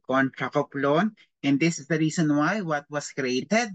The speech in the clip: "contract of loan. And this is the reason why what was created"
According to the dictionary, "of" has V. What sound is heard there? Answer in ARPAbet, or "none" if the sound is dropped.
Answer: P